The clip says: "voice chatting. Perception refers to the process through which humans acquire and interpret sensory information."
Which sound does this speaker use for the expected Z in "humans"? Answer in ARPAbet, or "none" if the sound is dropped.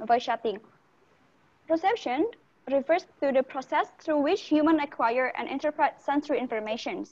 none